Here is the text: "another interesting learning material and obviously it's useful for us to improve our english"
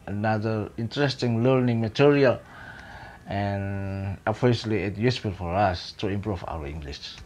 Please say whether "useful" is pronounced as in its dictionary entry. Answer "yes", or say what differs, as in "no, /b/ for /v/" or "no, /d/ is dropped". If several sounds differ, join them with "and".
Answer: no, /p/ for /f/